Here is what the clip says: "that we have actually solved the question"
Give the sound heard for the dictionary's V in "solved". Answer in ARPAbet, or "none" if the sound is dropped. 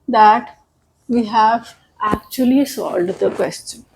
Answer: none